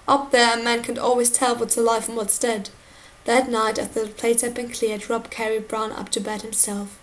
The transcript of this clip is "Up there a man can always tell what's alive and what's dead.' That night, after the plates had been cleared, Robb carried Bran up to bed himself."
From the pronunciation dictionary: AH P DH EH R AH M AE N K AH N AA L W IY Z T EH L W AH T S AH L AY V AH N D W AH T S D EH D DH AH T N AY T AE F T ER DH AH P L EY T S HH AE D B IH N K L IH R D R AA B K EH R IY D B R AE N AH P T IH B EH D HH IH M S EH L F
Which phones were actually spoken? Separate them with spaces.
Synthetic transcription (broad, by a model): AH P DH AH R AH M AE N K AH N AA L W IY Z T EH L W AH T AH L AY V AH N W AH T S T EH D DH AH T N AY T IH T DH AH P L EY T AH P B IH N K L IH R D R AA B K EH R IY B R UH N AH P T IH B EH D HH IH M S EH L F